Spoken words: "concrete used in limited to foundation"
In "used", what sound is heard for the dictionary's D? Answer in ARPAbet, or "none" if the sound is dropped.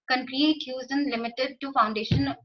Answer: none